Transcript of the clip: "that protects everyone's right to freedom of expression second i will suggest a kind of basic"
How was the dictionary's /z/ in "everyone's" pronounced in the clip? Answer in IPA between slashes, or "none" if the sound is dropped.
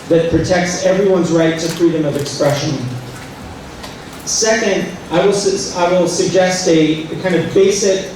/z/